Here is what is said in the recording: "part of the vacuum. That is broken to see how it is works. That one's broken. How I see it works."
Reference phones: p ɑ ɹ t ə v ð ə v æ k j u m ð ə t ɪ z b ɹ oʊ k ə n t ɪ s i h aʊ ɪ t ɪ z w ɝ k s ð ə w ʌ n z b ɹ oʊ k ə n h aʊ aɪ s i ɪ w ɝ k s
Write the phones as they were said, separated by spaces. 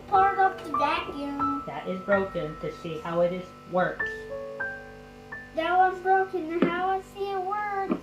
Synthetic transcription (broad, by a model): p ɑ ɹ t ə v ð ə b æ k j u ð ə t ɪ z b ɹ oʊ k ə n t ɪ s i h aʊ ɪ t ɪ z w ɝ k s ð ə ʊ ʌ z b ɹ oʊ k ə n h aʊ aɪ s i ɪ w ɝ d